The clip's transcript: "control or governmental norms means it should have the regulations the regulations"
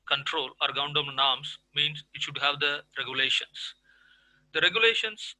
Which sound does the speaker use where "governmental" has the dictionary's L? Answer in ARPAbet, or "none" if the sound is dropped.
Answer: N